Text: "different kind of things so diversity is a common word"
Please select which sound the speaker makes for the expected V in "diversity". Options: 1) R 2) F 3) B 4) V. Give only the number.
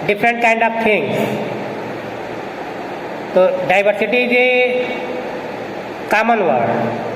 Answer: 3